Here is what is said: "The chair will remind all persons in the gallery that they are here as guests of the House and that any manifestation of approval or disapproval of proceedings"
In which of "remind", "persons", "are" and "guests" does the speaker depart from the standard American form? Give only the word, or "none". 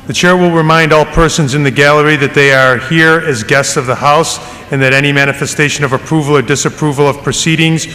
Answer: none